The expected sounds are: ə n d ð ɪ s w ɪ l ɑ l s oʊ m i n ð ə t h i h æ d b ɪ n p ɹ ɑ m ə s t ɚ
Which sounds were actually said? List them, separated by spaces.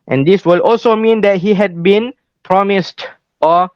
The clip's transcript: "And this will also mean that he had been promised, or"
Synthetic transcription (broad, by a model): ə n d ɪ s w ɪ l ɑ l s oʊ m i n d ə t h i h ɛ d b ɪ n p ɹ ɑ m ə s t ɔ